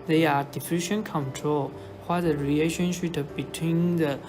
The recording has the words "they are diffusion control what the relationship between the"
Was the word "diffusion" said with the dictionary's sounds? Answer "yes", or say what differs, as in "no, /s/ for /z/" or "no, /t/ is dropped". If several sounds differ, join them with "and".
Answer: no, /ʃ/ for /ʒ/